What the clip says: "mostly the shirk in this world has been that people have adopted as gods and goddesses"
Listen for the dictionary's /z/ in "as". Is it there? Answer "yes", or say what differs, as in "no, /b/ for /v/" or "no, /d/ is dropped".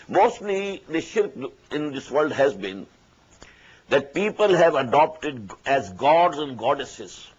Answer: yes